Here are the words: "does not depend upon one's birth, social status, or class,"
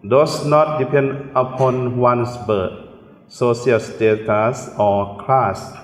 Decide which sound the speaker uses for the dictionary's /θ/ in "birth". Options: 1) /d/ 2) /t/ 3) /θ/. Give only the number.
2